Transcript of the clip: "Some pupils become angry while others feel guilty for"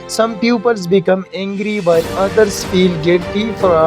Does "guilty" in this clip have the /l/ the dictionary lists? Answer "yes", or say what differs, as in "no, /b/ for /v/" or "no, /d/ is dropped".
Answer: no, /l/ is dropped